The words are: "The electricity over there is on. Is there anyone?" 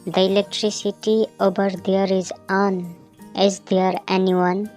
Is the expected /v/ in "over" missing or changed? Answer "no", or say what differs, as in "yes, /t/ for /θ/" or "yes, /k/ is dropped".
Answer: yes, /b/ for /v/